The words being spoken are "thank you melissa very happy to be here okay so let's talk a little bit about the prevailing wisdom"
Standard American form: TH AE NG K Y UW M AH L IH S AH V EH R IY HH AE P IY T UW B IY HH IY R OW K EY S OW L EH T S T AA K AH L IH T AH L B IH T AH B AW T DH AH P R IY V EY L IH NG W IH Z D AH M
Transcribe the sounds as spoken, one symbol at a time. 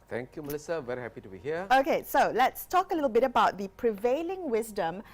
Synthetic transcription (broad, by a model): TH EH NG K Y UW M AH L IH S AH V EH R IY HH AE P IY T UW B IY HH IY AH OW K EY S OW L EH T S T AA K AH L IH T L B IH T AH B AW T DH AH P R IY V EY L IH NG W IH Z D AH M